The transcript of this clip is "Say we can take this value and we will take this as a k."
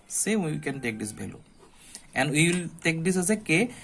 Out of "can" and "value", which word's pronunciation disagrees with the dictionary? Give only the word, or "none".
value